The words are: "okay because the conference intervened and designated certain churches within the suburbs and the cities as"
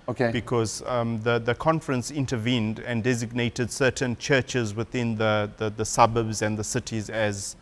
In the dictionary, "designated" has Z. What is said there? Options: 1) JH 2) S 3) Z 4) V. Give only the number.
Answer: 3